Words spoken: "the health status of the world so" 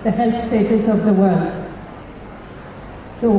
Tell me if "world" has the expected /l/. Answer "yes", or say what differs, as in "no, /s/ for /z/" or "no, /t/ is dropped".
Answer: yes